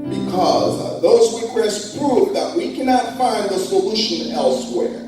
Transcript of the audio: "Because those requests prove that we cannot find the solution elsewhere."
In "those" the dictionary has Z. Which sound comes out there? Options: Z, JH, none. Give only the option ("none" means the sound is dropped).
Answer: Z